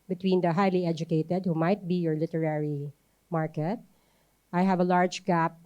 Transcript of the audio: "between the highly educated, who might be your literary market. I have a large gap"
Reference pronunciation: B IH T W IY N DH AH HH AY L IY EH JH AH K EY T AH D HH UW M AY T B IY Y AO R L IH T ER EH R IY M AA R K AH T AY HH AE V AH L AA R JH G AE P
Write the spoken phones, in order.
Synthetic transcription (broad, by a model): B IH T W IY N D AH HH AY L IY EH JH AH K EY T AH D HH UW M AY T B IY Y AO R L IH T ER EH R IY M AA R K AH T AY HH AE V AH L AA R JH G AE P